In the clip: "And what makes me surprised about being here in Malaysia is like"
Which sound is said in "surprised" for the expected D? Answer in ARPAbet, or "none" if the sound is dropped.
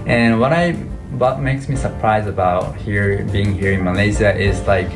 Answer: none